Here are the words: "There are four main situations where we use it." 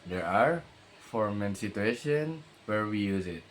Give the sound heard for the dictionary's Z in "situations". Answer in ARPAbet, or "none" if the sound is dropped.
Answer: none